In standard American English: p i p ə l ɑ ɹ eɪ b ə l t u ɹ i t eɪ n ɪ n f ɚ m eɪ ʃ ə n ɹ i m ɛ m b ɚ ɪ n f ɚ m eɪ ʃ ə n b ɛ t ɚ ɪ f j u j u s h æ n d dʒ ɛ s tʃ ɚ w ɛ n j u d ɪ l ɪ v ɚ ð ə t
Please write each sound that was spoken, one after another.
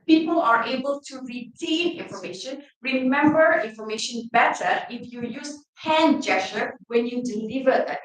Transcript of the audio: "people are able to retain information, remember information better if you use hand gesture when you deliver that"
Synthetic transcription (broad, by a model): p i p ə l ɑ ɹ eɪ b ə l t u ɹ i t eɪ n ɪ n f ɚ m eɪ ʃ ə n ɹ i m ɛ m b ɚ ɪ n f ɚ m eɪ ʃ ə n b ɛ t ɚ ɪ f j u j u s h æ n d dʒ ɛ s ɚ w ɛ n j u d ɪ l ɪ v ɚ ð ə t